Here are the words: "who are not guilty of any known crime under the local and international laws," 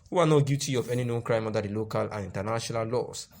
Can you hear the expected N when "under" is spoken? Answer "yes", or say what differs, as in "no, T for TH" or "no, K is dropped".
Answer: no, N is dropped